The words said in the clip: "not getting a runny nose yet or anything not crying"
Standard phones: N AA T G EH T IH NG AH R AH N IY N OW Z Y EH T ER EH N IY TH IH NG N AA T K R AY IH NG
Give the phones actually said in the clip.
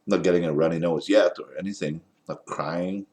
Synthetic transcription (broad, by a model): N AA T G EH T IH NG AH R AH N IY N OW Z Y EH T ER EH N IY TH IH NG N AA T K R AY IH NG